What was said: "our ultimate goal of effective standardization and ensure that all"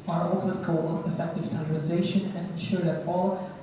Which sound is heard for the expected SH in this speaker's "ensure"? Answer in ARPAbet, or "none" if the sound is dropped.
SH